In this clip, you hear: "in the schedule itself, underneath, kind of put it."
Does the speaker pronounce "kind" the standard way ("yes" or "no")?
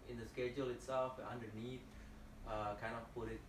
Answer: no